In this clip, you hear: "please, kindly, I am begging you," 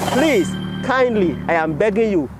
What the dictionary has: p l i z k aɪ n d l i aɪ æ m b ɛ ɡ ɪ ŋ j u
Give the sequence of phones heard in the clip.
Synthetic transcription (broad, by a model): p l i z k aɪ n d l i aɪ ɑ m b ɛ ɡ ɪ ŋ j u